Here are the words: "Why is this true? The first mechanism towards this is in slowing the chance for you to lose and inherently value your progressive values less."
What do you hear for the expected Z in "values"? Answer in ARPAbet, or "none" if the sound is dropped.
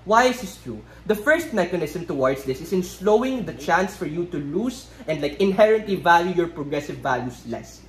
S